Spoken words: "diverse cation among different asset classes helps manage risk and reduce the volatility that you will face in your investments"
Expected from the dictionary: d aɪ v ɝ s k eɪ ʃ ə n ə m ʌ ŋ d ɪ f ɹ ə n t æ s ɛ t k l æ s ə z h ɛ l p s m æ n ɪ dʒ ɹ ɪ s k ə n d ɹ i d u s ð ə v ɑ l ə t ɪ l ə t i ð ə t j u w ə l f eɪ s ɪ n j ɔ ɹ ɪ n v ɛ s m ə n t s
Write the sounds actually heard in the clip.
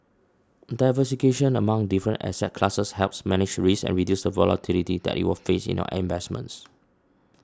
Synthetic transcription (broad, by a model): d aɪ v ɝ s k eɪ ʃ ə n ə m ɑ ŋ d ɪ f ɹ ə n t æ s ɛ t k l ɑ s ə s h ɛ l p s m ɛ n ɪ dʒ ɹ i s ə n ɹ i d u s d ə v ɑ l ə t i l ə t i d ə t j u w ə l f eɪ s ɪ n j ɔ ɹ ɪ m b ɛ s m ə n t s